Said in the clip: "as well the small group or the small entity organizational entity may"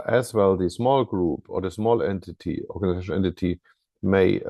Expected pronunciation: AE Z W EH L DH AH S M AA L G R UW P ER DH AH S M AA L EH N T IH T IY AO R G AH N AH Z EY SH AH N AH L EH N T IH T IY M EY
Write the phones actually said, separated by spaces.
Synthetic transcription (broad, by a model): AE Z W EH L DH AH S M AA L G R UW P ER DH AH S M AA L EH N T IH T IY AO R G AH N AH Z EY AH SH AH EH N T IH T IY M EY